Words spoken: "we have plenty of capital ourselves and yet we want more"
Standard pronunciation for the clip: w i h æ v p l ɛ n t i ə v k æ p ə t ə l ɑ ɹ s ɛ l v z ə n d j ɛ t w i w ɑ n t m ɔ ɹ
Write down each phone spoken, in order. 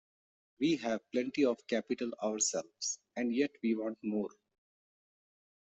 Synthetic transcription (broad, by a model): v i h æ v p l ɛ n t i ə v k æ p ə t ə l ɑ ɹ s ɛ l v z ə n d j ɛ t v i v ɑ n t m ɔ ɹ